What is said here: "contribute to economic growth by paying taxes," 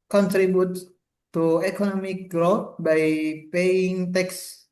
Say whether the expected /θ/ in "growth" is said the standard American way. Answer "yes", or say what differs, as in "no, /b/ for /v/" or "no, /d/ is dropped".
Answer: no, /t/ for /θ/